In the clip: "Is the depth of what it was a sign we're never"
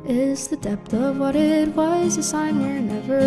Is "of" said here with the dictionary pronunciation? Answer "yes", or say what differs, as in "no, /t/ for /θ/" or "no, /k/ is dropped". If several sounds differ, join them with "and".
yes